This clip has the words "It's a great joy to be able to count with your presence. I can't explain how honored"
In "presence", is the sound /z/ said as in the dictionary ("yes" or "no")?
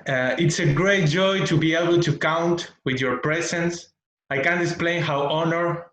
no